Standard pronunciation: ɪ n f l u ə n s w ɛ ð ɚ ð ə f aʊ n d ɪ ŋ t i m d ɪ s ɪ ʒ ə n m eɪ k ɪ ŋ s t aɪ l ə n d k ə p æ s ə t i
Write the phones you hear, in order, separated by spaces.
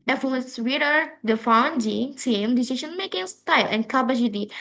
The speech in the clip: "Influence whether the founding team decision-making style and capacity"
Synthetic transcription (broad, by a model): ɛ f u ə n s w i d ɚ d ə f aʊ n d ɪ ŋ s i m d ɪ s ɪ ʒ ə n m eɪ k ɪ ŋ s t aɪ l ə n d k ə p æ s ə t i